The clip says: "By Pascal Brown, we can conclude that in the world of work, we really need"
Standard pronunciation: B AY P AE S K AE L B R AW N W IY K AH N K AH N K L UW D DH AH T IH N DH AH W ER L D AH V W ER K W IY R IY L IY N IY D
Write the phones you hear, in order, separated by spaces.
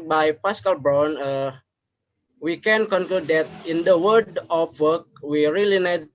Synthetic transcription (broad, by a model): B AY P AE S K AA L B R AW N W IY K AH N K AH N K L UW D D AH T IH N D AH W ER D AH F W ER K W IY R IY L IY N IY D